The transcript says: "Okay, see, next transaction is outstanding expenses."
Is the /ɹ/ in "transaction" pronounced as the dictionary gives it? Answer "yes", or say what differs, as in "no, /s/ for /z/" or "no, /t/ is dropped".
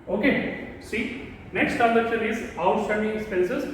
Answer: no, /ɹ/ is dropped